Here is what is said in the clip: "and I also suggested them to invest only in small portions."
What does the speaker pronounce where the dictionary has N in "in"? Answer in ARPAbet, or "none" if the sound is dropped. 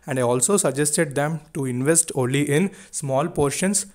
N